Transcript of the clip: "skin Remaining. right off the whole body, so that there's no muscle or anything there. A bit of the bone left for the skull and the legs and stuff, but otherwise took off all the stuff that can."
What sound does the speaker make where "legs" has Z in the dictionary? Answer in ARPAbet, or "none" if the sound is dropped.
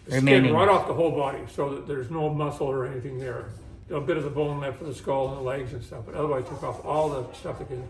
Z